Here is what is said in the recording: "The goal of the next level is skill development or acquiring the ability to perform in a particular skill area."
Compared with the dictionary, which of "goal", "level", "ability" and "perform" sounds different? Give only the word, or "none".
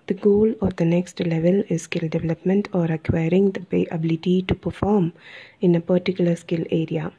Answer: none